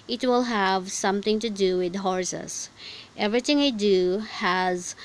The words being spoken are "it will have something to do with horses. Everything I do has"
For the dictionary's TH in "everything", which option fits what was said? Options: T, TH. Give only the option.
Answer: T